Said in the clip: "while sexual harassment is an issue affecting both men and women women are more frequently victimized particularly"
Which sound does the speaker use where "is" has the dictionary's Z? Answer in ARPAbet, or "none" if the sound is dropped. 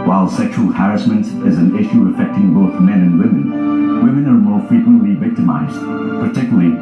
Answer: Z